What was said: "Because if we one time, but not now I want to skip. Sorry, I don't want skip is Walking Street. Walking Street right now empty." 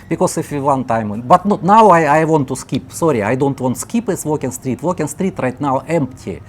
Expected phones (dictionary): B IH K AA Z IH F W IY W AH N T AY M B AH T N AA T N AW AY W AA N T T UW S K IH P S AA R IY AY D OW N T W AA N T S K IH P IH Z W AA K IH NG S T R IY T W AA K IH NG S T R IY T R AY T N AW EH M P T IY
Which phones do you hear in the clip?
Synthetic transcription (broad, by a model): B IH K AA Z IH F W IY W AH N T AY M B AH T N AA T N AW AY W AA N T T UW S K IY P S AA R IY AY D OW N T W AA N T S K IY P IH S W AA K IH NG S T R IY T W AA K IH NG S T R IY T R AY T N AW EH M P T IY